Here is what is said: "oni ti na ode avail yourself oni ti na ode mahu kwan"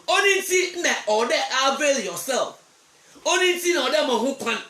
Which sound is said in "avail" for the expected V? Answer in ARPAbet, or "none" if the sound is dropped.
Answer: B